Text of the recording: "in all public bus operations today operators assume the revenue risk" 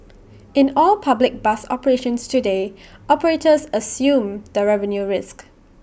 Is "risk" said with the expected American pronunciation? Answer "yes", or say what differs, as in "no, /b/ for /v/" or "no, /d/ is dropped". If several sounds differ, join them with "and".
yes